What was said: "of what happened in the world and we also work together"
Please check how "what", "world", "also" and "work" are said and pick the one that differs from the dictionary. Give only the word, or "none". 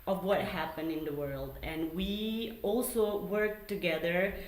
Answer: none